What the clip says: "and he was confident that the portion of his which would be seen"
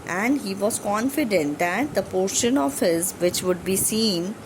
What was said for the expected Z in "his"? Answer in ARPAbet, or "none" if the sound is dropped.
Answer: Z